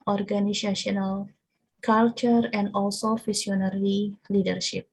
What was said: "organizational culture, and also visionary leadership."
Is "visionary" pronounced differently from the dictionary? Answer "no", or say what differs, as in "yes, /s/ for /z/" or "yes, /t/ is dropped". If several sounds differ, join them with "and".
yes, /f/ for /v/ and /s/ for /ʒ/